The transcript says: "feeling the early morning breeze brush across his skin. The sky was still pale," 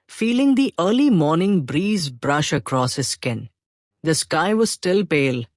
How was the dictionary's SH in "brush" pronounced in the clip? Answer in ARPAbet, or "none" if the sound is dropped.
SH